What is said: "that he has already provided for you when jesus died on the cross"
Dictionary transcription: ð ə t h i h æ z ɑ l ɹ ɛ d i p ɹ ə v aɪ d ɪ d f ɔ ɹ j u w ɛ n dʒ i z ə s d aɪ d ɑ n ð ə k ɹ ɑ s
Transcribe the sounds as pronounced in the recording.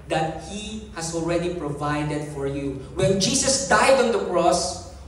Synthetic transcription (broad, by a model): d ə t h i h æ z ɑ l ɹ ɛ d i p ɹ ə v aɪ d ɪ d f ɔ ɹ j u w ɛ n dʒ i s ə s d aɪ d ɑ n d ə k ɹ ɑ s